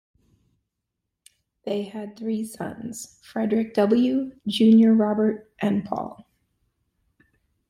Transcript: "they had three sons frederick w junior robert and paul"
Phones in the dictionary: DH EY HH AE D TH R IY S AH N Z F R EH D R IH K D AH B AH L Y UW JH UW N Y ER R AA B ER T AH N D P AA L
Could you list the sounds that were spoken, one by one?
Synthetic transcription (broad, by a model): DH EY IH D TH R IY S AH N Z F R EH D R IH K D AH B L Y UW JH UW N Y ER R AA B ER T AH N P AA L